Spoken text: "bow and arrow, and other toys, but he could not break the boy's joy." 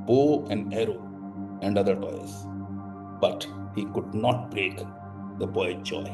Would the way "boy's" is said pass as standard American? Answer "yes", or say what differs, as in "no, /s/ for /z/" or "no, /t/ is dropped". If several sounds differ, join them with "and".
no, /z/ is dropped